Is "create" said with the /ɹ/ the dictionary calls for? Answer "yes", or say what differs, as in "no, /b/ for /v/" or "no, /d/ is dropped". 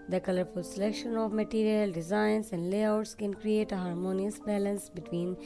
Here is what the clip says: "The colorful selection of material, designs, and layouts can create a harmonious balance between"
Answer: yes